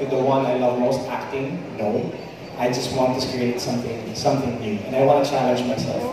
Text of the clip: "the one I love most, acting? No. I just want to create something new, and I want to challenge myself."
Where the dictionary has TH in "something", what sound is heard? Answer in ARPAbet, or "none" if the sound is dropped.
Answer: S